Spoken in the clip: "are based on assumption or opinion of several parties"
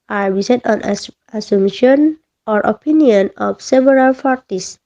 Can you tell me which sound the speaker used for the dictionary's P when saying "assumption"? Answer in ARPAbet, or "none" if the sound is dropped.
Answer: none